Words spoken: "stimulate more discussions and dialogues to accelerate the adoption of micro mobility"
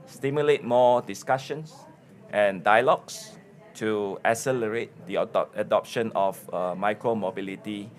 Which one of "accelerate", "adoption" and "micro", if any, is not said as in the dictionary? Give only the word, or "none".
accelerate